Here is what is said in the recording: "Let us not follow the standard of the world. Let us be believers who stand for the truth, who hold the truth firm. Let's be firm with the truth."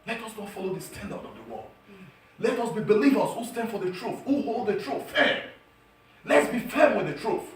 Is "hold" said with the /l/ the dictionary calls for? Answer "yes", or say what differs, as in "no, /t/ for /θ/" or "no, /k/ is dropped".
yes